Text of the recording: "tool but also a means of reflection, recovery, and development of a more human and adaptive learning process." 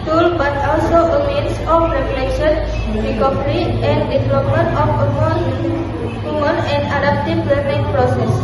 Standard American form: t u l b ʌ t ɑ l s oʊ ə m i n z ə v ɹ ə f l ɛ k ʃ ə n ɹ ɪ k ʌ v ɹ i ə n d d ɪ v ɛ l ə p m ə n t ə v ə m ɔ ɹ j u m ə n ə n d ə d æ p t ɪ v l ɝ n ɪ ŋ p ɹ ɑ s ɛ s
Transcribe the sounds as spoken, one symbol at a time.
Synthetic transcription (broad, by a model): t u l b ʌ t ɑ l s oʊ ə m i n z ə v ɹ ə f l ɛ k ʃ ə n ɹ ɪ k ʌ p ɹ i ə n d d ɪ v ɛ l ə p m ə n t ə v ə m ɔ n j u m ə n ə n d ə d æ p t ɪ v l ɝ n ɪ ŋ p ɹ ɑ s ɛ s